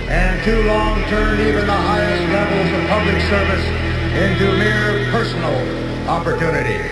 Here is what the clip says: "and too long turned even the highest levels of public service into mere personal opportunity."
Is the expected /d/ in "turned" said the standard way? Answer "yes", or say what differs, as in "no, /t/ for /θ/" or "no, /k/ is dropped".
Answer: no, /d/ is dropped